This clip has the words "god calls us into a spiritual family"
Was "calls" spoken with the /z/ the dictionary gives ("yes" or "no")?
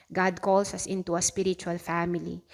no